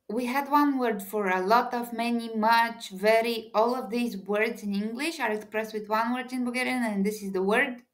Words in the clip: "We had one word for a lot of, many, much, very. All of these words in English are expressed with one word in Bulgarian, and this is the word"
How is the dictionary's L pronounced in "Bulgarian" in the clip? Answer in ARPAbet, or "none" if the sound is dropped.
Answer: none